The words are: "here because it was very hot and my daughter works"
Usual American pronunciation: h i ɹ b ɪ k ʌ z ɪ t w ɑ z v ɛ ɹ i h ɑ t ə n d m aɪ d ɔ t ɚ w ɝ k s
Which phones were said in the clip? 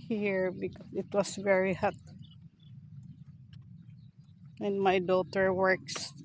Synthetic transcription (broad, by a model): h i ɹ b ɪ k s ɪ t w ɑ s v ɛ ɹ i h ɑ t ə n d m aɪ d ɔ t ɚ w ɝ k s